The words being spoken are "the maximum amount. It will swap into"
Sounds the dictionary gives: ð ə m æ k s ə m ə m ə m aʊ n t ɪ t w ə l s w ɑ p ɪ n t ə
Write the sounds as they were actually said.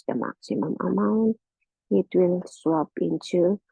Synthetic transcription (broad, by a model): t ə m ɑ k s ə m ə m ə m aʊ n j ɪ t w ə n s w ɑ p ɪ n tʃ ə